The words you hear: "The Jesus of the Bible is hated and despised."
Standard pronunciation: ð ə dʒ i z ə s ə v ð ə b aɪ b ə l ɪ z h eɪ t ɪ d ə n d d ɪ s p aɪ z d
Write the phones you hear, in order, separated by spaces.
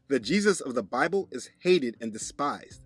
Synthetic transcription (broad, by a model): ð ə dʒ i z ə s ə v ð ə b aɪ b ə l ɪ z h eɪ t ɪ d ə n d d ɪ s p aɪ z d